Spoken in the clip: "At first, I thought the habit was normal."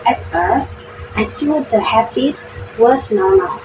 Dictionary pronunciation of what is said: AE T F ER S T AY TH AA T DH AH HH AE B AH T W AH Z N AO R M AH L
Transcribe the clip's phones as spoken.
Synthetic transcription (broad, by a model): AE T F ER S T AY T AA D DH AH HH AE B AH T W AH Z N AO R M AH L